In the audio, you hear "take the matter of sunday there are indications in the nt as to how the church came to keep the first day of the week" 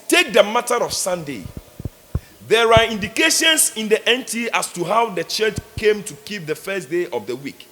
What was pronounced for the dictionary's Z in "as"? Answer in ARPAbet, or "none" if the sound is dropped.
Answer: S